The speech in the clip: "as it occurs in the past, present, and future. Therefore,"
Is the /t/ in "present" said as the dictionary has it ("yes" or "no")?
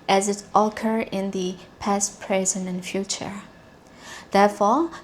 no